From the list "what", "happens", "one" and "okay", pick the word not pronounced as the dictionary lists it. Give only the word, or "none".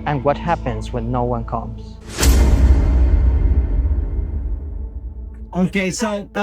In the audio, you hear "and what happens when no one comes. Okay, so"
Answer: none